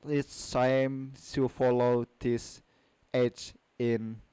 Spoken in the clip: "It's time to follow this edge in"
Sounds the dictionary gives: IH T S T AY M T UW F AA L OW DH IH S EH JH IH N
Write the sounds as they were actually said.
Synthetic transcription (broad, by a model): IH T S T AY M S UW F AA L OW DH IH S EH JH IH N